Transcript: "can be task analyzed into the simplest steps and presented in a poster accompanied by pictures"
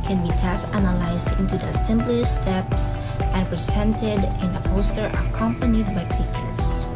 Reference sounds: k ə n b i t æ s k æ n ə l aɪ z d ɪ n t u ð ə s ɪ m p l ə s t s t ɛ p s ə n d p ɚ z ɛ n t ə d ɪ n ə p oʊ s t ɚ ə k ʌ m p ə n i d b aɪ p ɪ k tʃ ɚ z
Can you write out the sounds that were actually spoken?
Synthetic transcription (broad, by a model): k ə n b i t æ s æ n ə l aɪ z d ɪ n t u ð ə s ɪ m b l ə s s t ɛ p s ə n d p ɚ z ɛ n t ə d ɪ n ə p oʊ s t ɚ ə k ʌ m p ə n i d b aɪ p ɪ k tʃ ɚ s